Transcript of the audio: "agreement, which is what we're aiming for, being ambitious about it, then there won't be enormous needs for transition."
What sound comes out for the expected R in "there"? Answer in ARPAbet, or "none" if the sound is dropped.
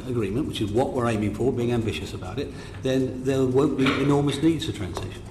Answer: L